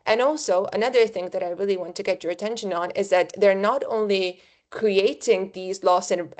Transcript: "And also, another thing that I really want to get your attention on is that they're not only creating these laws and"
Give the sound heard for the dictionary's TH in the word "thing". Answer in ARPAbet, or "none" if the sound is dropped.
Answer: TH